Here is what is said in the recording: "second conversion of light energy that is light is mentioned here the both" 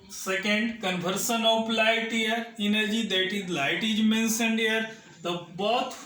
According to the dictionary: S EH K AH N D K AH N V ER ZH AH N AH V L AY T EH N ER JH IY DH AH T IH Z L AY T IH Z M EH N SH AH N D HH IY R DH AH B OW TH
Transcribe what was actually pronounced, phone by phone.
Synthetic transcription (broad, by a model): S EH K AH N D K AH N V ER S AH N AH P L AY T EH N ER JH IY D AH T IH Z L AY T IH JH M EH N S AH N D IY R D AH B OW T